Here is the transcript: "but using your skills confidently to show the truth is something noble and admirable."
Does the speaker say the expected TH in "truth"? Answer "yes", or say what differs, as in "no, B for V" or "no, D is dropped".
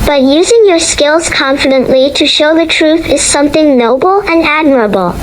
yes